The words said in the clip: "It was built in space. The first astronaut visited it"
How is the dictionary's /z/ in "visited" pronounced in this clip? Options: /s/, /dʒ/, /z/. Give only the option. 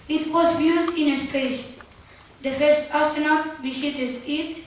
/s/